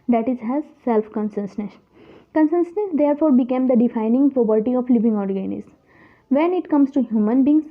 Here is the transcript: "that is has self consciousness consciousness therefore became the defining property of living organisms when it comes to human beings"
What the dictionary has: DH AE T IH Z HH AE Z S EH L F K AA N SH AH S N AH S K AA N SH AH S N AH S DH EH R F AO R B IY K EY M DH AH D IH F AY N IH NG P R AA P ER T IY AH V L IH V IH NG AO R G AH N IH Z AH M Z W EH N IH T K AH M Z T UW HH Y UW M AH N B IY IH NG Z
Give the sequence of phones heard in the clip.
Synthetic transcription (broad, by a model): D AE T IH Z HH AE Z S EH L F K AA N S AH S N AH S K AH N S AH S N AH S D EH R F AO R B IY K EY M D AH D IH F AY N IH NG P R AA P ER T IY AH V L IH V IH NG AO R G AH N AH Z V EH N IH T K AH M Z T UW HH Y UW M AH N B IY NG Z